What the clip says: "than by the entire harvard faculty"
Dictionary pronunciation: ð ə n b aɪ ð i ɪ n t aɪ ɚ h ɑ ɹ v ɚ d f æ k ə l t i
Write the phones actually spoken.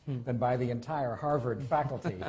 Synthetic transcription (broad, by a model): ð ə n b aɪ ð i ɪ n t aɪ ɚ h ɑ ɹ v ɚ d f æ k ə l t i